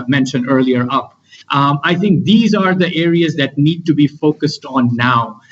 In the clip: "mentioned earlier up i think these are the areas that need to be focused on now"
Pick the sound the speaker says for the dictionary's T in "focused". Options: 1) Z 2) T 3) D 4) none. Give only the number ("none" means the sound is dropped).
2